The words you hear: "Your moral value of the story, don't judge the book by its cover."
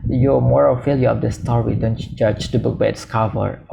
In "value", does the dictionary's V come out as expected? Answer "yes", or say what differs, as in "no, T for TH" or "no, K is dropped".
no, F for V